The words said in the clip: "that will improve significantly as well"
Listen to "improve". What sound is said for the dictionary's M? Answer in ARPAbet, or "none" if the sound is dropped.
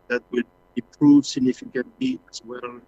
none